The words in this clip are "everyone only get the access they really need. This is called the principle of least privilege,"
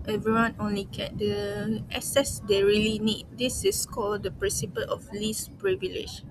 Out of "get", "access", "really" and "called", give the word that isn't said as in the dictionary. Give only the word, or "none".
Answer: access